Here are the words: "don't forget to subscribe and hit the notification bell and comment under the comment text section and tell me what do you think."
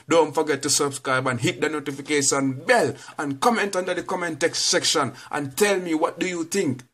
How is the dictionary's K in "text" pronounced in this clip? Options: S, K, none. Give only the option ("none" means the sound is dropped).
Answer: K